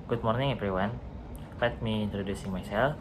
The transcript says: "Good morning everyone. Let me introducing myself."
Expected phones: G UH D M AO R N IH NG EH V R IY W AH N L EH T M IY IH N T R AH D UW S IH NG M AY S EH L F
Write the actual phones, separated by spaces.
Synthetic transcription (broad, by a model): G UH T M AO R N IH NG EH P R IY W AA N L EH T M IY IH N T R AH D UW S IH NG M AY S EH L